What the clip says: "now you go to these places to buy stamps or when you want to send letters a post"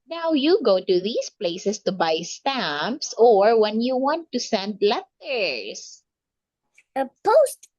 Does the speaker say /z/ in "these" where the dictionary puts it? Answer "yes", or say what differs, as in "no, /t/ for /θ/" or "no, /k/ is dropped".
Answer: no, /s/ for /z/